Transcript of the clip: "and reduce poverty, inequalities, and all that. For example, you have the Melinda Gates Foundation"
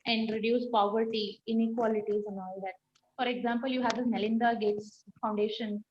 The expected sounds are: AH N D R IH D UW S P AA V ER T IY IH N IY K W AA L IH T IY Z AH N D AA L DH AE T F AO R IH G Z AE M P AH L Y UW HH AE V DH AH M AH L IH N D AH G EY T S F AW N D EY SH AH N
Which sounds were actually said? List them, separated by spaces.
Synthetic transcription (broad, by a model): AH N D R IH D UW S P AA V ER T IY IH N IY K W AA L IH T IY Z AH N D AA L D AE T F AO R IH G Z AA M P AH L Y UW HH AE V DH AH M AH L IH N D AH G EY T S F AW N D EY SH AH N